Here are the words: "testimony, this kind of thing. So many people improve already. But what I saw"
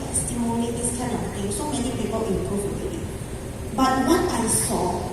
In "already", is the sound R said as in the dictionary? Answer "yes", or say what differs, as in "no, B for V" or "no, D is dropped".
no, R is dropped